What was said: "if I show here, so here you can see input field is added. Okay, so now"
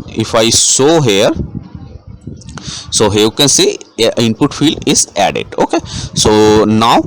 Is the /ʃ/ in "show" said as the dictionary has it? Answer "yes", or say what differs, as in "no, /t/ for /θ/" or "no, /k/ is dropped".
no, /s/ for /ʃ/